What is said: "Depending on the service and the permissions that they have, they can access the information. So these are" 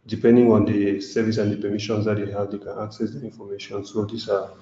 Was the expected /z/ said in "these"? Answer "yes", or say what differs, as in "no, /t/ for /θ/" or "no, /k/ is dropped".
no, /s/ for /z/